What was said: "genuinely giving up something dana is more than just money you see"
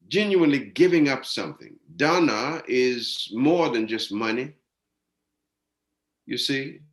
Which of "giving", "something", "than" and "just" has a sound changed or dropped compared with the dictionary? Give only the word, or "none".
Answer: none